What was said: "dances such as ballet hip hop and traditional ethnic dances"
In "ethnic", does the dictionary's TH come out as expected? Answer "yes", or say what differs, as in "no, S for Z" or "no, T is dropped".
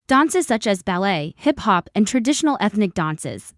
yes